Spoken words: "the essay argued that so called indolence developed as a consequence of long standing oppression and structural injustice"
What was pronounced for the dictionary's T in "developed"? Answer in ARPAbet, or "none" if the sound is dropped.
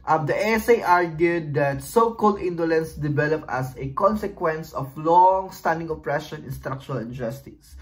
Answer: none